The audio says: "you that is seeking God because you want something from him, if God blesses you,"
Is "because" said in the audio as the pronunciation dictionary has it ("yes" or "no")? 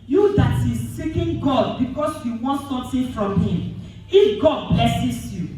no